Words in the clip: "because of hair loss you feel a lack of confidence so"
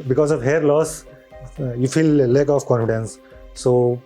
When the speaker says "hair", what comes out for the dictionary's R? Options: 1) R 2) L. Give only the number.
1